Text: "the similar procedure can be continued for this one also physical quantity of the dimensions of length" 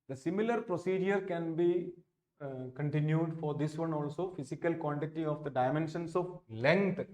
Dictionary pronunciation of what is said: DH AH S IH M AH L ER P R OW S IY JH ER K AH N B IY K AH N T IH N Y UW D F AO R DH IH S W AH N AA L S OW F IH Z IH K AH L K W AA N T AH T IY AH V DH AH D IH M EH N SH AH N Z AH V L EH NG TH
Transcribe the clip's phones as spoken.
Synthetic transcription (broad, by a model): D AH S IH M AH L ER P R OW S IY JH ER K AH N B IY K AH N T IH N Y UW D F AO R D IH S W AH N AA L S OW F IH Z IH K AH L K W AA N T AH T IY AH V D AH D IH M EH N SH AH N S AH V L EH NG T